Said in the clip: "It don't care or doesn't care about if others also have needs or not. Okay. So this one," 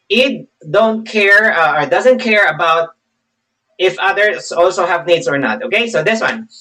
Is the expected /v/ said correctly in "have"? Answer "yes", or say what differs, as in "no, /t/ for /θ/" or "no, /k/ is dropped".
yes